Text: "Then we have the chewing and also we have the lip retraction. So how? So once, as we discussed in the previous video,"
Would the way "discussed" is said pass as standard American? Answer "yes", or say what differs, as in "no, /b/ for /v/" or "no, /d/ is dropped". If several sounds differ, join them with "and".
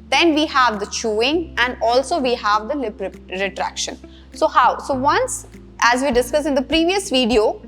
no, /t/ is dropped